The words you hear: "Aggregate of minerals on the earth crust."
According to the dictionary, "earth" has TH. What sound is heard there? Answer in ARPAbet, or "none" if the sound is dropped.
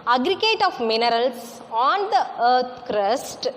T